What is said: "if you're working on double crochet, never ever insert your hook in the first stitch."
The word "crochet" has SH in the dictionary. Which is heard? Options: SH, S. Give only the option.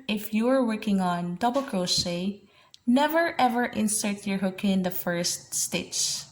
S